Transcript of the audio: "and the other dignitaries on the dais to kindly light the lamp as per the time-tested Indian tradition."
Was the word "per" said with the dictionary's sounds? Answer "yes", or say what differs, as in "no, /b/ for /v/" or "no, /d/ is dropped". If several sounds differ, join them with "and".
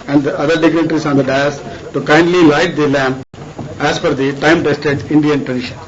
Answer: no, /f/ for /p/